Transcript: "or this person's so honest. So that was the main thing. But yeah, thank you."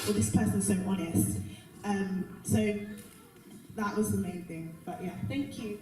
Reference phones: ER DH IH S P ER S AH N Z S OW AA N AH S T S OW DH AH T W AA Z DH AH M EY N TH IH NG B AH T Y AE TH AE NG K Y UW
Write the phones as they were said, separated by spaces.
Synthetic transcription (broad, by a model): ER DH IH S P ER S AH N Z S OW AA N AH S T S OW DH AH T W AA Z DH AH M EY N TH IH NG B AH T Y AE TH AE NG K Y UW